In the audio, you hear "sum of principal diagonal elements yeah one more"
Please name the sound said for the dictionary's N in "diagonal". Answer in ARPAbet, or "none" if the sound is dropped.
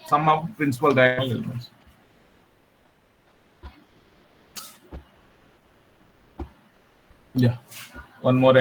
none